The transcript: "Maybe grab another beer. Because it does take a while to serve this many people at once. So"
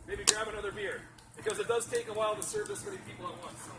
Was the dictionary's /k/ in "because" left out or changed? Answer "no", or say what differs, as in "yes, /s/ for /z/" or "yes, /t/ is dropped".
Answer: no